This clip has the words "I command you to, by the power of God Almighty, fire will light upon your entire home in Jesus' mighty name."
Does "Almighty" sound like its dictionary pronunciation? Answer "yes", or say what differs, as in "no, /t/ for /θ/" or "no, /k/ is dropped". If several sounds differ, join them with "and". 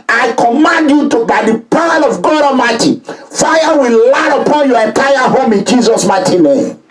no, /l/ is dropped